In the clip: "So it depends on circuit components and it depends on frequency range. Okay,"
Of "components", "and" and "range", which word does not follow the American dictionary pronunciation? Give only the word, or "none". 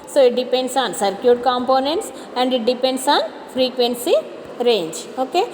none